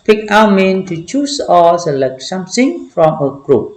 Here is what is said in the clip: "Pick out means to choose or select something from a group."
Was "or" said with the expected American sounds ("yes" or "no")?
no